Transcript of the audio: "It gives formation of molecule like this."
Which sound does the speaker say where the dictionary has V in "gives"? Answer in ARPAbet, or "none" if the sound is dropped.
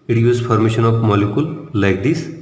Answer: none